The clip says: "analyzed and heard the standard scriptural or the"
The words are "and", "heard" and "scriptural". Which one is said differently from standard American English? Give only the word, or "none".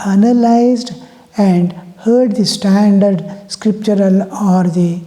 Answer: none